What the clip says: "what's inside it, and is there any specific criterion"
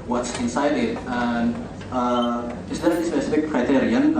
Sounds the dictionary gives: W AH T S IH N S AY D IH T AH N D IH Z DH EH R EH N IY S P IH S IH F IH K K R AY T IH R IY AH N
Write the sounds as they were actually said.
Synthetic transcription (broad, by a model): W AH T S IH N S AY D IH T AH N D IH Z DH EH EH IY S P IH S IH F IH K K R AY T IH R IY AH N